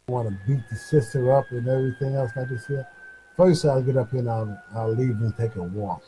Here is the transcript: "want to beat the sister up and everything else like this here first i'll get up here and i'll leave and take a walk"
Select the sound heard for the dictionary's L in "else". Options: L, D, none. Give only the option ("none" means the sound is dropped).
L